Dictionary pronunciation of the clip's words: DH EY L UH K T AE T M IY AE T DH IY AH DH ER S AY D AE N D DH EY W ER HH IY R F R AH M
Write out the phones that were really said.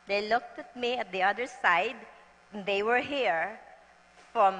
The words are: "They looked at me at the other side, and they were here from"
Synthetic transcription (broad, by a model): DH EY L UH K T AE T M IY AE T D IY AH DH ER S AY D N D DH EY W ER HH IY R F R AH M